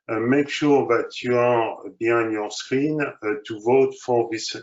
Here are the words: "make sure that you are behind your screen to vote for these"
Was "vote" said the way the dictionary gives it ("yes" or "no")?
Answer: yes